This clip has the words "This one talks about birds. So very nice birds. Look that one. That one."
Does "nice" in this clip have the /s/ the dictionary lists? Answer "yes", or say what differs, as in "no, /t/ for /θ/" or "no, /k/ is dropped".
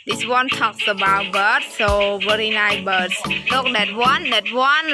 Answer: no, /s/ is dropped